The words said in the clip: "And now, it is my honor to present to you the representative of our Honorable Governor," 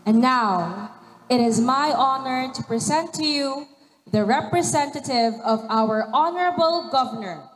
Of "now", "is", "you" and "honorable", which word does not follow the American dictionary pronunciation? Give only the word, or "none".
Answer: none